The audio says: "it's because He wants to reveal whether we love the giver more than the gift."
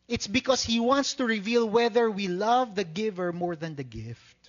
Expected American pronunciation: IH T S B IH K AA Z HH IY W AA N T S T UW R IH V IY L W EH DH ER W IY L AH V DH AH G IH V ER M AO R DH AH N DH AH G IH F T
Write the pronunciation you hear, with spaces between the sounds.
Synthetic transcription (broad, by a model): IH T S B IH K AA S HH IY W AA N T S T UW R IH V IY L W EH DH ER W IY L AH V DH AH G IH V ER M AO R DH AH N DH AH G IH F T